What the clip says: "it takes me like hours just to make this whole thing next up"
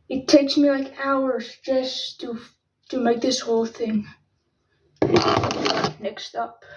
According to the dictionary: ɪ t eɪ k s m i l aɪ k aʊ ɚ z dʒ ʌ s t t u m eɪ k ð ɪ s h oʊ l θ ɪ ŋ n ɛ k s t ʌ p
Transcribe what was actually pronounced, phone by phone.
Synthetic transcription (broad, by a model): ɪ t eɪ k s m i l aɪ k aʊ ɚ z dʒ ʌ s t t u m eɪ k ð ɪ s h oʊ l θ ɪ ŋ n ɛ k s t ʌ p